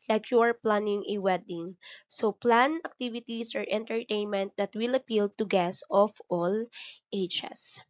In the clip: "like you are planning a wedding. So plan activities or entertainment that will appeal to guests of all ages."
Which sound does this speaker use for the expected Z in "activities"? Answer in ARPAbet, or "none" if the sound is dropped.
S